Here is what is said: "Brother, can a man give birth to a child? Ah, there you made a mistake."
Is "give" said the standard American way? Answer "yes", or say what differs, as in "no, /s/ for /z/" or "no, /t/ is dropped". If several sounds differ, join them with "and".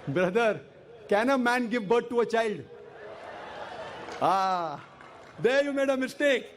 yes